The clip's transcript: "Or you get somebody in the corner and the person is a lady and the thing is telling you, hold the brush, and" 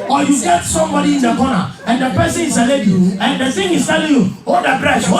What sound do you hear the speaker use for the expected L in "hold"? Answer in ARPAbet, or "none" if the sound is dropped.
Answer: none